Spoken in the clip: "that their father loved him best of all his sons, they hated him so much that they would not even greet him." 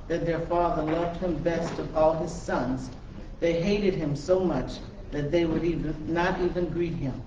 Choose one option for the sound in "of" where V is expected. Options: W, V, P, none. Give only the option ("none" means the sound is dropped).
V